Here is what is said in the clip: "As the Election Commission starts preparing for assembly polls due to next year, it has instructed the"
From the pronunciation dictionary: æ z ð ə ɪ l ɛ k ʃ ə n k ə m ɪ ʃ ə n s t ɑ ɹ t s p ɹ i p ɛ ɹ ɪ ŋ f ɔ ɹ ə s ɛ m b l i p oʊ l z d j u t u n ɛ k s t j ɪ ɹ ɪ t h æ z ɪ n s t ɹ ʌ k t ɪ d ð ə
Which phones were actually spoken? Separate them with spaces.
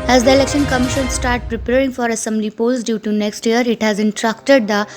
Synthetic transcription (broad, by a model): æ z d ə ɪ l ɛ k ʃ ə n k ə m ɪ ʃ ə n s t ɑ ɹ t p ɹ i p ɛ ɹ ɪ ŋ f ɔ ɹ ə s ɛ m b l i p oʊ l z d j u t u n ɛ k s t j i ɹ ɪ t h æ z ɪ n t ɹ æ k t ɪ d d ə